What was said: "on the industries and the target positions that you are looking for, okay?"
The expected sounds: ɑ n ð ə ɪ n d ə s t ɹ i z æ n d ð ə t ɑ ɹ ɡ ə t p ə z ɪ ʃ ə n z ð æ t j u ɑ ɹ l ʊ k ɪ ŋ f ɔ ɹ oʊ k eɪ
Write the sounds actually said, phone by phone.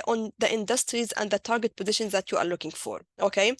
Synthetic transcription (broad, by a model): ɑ n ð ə ɪ n d ə s t ɹ i z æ n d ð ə t ɑ ɹ ɡ ə t p ə z ɪ ʃ ə n z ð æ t j u ɑ ɹ l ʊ k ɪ ŋ f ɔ ɹ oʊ k eɪ